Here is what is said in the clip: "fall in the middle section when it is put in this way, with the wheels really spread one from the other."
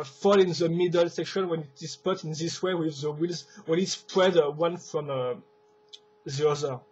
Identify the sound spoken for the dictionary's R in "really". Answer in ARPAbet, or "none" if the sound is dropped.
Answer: W